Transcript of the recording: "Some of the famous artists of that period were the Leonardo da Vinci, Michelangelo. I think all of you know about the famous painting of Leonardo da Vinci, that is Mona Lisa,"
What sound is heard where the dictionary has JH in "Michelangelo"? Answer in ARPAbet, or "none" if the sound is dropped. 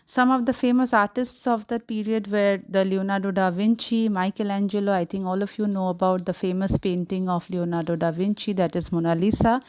JH